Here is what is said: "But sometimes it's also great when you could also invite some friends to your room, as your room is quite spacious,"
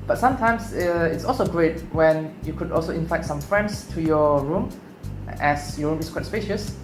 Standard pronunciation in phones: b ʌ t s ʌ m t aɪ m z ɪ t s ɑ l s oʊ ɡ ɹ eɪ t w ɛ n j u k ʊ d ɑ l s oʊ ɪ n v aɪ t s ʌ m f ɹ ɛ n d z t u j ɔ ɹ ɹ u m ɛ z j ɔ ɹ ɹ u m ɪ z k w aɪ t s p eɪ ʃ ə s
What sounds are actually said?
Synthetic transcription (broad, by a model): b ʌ t s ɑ m t aɪ m s ɪ t s ɑ l s oʊ ɡ ɹ eɪ t w ɛ n j u k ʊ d ɑ l s oʊ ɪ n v aɪ t s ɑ m f ɹ ɛ n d s t u j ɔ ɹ ɹ u m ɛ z j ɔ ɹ ɹ u m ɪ s k w aɪ t s p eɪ ʃ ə s